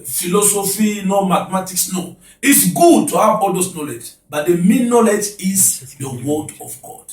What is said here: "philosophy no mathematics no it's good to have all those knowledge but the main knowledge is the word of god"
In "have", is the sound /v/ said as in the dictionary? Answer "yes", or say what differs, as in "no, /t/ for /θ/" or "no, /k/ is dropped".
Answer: no, /b/ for /v/